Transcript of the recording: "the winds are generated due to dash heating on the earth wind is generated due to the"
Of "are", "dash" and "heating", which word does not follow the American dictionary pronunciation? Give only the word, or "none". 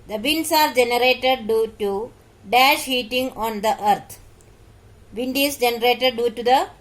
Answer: none